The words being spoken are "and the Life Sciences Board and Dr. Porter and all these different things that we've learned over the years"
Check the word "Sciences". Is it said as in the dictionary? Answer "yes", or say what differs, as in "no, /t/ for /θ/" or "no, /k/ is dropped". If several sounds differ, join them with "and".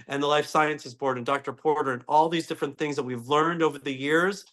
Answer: yes